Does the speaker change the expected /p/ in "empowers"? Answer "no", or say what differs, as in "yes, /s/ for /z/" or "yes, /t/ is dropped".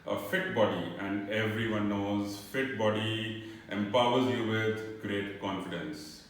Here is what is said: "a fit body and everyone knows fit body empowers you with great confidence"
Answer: no